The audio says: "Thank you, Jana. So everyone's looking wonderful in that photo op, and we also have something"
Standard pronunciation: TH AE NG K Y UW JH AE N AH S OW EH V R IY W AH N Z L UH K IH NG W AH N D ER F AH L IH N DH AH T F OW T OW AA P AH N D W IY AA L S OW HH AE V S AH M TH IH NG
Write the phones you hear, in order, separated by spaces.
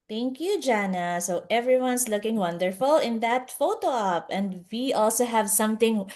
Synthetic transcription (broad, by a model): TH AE NG K Y UW JH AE N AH S OW EH V R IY W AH N S L UH K IH NG W AH N D ER F AH L IH N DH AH T F OW T OW AA P AH N D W IY AA L S OW HH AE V S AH M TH IH NG